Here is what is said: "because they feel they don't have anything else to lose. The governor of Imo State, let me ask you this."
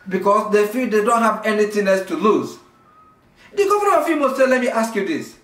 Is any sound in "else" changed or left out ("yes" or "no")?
yes